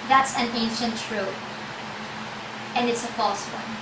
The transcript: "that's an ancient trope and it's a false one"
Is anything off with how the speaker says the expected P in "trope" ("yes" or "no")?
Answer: yes